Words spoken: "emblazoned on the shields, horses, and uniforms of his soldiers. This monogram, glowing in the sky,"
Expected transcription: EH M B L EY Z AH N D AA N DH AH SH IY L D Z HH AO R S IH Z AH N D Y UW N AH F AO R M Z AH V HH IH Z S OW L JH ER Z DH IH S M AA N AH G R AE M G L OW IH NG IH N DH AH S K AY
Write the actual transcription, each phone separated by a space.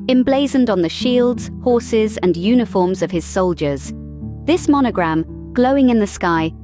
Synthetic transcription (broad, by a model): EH M B L EY Z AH N D N DH AH SH IY L D Z HH AO R S IH Z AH N Y UW N AH F AO R M Z AH V IH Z S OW L JH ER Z DH IH S M AA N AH G R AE M G L OW IH NG IH N DH AH S K AY